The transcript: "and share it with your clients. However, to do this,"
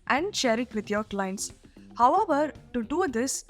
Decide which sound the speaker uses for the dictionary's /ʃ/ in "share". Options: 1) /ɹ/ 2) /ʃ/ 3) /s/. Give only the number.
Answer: 2